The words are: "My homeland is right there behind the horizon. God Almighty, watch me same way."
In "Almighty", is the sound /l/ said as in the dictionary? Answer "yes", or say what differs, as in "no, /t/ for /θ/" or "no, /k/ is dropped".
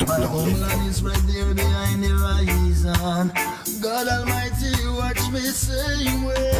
yes